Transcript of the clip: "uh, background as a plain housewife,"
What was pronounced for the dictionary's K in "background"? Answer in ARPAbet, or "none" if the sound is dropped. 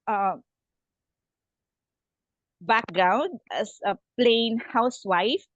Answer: K